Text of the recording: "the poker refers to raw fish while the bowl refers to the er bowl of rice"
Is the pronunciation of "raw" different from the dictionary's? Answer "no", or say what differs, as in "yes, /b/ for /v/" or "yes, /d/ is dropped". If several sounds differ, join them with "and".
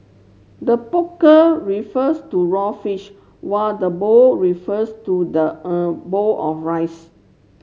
no